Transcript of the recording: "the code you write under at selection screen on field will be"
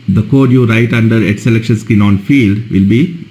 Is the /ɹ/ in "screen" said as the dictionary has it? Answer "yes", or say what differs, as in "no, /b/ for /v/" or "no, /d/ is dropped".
no, /ɹ/ is dropped